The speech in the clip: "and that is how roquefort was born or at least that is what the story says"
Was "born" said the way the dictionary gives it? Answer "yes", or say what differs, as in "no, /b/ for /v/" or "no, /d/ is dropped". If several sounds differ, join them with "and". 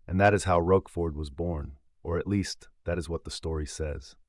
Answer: yes